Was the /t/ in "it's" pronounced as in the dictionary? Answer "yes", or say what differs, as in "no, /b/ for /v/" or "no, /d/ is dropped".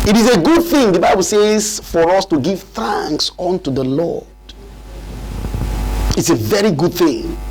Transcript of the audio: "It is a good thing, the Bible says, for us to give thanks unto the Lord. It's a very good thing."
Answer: yes